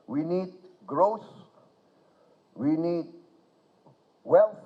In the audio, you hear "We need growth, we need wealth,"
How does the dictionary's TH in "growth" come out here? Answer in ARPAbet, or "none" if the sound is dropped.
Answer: S